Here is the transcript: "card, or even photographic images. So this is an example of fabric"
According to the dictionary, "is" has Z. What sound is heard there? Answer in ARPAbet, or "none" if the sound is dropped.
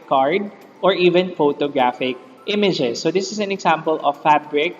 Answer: S